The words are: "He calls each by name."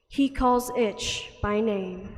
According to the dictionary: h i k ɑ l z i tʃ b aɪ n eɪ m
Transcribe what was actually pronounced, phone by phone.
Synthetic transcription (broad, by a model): h i k ɑ l z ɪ tʃ b aɪ n eɪ m